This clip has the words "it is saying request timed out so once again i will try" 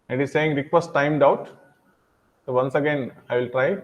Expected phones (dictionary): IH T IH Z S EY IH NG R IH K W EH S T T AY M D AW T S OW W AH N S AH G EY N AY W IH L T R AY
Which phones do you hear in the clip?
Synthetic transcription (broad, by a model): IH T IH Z S EY IH NG R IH K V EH S T T AY M D AW T S OW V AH N S AH G EY N AY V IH L T R AY